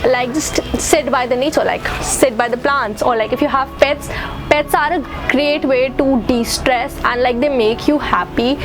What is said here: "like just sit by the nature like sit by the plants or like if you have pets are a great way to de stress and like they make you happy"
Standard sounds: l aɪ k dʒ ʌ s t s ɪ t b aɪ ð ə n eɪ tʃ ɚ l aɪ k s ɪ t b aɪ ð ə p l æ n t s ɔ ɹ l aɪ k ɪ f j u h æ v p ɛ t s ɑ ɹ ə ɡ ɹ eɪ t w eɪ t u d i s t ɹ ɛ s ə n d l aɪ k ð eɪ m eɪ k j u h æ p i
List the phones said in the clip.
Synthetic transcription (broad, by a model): l aɪ k dʒ ʌ s t s ɪ t b aɪ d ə n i s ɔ l aɪ k s ɪ t b aɪ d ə p l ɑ n t s ɔ ɹ l aɪ k ɪ f j u h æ v p ɛ t s ɑ ɹ ə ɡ ɹ eɪ t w eɪ t u d i s t ɹ ɛ s ə n d l aɪ k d eɪ m eɪ k j u h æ p i